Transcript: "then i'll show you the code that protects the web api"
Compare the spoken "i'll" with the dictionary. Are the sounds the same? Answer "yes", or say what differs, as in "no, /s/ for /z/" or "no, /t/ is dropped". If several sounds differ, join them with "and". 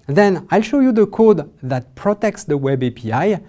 yes